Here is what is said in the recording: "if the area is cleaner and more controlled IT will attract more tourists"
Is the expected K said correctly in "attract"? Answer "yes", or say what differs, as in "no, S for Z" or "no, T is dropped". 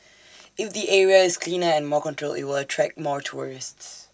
yes